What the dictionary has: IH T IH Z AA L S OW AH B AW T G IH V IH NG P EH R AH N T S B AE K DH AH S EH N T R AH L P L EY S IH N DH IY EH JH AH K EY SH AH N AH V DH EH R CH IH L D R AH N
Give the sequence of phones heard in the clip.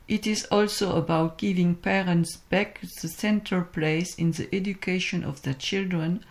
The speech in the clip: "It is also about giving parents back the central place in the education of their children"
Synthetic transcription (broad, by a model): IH T IH Z AA L S OW AH B AW T G IH V IH NG P EH R AH N T S B AE K DH AH S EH N T AH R P L EY S IH N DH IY EH JH AH K EY SH AH N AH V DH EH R CH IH L D R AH N